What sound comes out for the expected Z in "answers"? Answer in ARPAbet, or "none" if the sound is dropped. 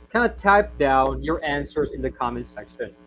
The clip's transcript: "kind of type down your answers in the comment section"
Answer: Z